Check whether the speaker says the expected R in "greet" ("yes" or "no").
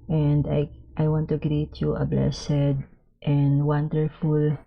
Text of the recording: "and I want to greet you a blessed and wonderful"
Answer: yes